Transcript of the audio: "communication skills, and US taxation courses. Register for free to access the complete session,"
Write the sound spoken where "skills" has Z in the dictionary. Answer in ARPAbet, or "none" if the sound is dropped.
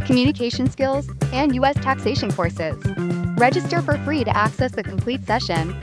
Z